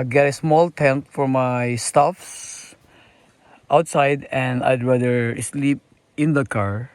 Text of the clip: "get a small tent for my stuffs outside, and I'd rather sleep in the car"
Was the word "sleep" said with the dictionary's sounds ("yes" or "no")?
yes